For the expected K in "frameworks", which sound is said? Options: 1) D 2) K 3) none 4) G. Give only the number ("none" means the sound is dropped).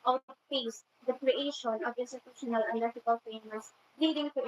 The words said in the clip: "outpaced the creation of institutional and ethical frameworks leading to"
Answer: 3